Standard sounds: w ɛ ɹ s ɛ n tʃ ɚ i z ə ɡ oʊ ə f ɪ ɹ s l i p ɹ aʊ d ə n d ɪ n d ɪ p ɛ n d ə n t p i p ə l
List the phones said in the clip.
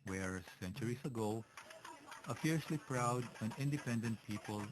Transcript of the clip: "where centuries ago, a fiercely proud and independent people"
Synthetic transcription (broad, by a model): w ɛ ɹ s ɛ n tʃ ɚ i s ə ɡ oʊ ə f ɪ ɹ s l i p ɹ aʊ d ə n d ɪ n d ɪ p ɛ n d ə n t p i p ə l